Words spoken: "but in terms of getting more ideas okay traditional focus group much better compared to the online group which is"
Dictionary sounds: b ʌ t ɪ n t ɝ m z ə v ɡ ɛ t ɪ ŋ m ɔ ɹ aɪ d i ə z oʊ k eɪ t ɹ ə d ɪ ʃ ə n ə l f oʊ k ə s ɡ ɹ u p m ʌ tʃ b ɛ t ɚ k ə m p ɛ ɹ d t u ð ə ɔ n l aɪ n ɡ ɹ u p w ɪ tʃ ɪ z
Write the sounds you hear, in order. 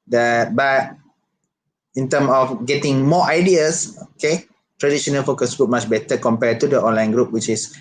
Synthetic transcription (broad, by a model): b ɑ t ɪ n t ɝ m ə f ɡ ɛ t ɪ ŋ m ɔ aɪ d i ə s oʊ k eɪ t ɹ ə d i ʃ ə n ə l f oʊ k ə s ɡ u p m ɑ tʃ b ɛ t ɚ k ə m p ɛ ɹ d t u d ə ɔ n l aɪ n ɡ ɹ u p w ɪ tʃ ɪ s